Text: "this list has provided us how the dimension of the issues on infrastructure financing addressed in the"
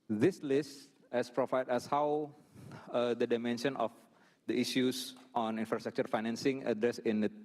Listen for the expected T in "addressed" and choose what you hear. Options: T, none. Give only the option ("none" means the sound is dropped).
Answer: none